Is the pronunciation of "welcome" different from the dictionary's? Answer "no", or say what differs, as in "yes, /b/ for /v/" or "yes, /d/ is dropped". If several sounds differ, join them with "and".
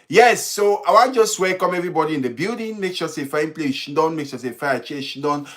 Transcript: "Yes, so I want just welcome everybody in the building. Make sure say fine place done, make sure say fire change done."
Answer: yes, /l/ is dropped